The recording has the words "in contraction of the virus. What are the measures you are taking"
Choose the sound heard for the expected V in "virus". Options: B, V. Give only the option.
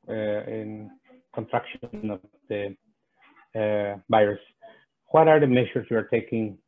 B